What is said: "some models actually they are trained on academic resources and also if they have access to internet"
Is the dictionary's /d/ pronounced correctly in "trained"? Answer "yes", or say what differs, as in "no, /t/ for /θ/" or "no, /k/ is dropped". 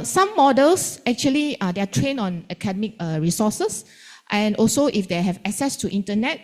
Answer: no, /d/ is dropped